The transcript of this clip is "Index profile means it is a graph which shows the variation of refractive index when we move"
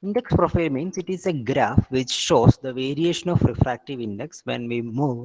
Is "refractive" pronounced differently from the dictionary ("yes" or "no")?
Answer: no